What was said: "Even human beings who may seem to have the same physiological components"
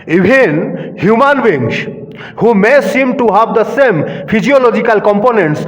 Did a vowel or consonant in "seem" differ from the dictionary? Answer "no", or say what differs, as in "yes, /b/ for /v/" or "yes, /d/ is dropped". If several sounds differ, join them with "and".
no